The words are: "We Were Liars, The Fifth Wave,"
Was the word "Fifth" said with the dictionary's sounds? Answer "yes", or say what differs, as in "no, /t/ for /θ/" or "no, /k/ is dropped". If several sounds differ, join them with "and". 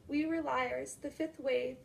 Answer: yes